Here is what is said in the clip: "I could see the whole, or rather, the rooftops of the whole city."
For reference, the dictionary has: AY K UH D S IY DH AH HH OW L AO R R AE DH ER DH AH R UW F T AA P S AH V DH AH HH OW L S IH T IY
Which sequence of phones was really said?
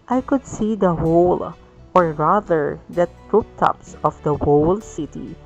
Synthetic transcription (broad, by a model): AY K UH D S IY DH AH HH OW L AO R R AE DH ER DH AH R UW P T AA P S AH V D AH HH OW L S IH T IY